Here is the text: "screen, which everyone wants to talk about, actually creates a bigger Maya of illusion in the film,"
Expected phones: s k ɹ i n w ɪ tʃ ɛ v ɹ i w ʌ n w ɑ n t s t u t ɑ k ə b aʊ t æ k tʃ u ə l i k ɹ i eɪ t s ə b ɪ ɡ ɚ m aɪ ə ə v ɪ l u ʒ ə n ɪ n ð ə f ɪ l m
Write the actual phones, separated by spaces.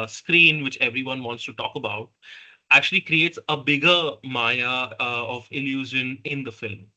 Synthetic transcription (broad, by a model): s k ɹ i n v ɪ tʃ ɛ v ɹ i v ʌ n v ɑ n t s t u t ɑ k ə b aʊ t æ k tʃ u ə l i k ɹ i eɪ t s ə b ɪ ɡ ɚ m aɪ ə ə v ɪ l u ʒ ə n ɪ n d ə f ɪ l m